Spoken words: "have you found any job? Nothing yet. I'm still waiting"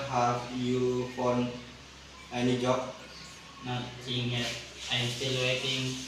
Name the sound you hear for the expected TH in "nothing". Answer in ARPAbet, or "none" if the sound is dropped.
S